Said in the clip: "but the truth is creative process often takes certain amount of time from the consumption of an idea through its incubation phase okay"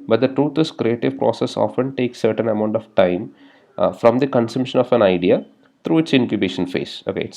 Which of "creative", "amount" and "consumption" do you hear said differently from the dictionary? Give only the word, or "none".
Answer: none